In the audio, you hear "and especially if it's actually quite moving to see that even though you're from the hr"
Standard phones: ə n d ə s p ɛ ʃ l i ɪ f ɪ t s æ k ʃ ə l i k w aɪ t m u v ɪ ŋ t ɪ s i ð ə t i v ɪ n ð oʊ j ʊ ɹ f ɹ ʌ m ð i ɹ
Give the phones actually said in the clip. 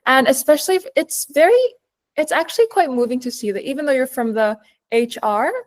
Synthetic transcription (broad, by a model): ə n ə s p ɛ ʃ l i ɪ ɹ ɪ t s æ k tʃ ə l i k w aɪ t m u v ɪ ŋ t ɪ s i ð ə t i v ɪ n ð oʊ j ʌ ɹ f ɹ ʌ m ð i ɹ